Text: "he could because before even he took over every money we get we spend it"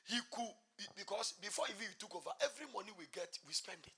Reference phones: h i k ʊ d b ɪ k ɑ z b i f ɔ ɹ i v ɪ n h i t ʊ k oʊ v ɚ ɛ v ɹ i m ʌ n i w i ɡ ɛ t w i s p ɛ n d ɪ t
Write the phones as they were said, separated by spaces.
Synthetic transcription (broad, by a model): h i k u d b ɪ k ɑ s b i f ɔ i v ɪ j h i t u k oʊ v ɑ ɛ v ɹ i m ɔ n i w i ɡ ɛ t w i s p ɛ n d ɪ t